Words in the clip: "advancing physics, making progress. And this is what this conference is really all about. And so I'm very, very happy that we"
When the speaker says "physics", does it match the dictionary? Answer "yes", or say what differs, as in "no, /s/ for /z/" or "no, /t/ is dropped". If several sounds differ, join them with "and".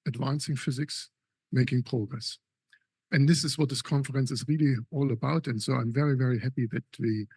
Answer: yes